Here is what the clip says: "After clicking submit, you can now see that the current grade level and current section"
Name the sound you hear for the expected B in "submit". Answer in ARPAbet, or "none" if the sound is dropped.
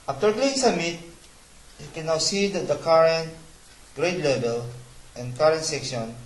none